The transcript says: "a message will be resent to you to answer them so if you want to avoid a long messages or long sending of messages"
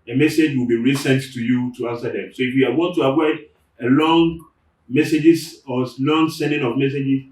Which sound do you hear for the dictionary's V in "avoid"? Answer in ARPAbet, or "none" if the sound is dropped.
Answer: W